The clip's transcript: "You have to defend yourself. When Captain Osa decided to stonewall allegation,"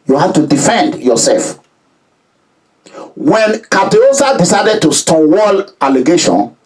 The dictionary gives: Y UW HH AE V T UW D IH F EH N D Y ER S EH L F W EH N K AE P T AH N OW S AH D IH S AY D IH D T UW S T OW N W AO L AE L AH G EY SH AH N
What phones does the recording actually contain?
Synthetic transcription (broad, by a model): Y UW HH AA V T UW D IH F EH N D Y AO S EH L F W EH N K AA T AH OW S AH D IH S AY D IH D T UW S T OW W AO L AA L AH G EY SH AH N